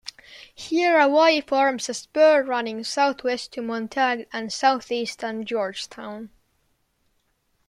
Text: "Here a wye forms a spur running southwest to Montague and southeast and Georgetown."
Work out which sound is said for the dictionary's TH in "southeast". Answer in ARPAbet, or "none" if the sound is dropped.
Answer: TH